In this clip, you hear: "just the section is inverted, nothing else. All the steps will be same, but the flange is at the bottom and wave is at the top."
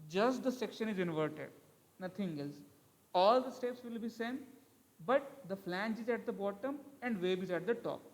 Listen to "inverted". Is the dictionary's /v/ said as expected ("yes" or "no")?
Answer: yes